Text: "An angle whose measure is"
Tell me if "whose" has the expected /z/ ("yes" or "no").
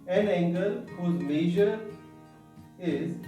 yes